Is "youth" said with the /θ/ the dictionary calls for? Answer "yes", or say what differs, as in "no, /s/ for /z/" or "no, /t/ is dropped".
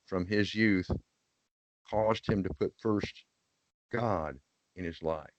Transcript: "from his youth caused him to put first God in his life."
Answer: yes